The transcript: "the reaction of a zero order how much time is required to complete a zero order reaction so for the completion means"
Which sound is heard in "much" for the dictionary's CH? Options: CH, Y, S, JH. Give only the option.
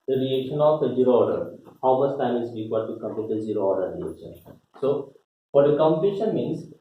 S